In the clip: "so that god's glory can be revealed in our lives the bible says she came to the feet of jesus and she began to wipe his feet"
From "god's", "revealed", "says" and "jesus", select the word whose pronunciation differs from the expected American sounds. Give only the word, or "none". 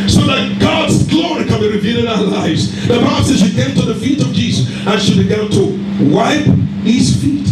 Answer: revealed